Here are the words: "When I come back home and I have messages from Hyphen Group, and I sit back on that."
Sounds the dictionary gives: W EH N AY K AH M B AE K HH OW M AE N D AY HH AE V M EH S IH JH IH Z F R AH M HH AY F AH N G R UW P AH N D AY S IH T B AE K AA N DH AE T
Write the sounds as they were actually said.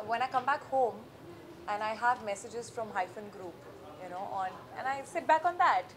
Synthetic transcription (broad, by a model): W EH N AY K AH M B AE K HH OW M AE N AY HH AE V M EH S IH JH IH Z F R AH M HH AY F AH N G R UW P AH N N AY S IH T B AE K AA N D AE T